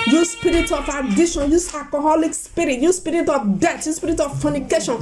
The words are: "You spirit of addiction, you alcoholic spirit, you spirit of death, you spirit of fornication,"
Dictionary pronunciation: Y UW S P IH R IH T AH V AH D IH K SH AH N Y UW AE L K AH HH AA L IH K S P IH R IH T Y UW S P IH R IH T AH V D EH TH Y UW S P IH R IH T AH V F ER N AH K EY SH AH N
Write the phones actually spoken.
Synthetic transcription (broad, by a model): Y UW S P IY R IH T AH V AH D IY SH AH N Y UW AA K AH HH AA L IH K S P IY R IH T Y UW S P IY R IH T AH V D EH T Y UW S P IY R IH T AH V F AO N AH K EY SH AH N